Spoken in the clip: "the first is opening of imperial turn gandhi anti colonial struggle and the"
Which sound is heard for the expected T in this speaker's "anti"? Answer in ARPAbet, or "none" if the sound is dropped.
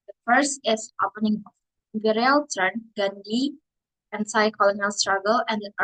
S